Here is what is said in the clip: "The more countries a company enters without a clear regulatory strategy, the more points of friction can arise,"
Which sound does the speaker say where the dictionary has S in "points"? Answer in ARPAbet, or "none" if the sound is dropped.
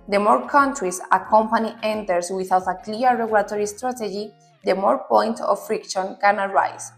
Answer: none